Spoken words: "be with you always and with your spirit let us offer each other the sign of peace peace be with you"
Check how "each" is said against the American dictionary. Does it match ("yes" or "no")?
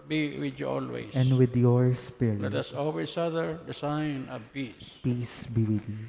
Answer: no